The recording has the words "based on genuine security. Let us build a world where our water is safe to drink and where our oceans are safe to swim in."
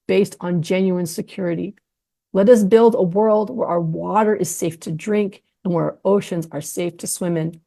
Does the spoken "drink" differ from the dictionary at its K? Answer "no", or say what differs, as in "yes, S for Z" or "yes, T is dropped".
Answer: no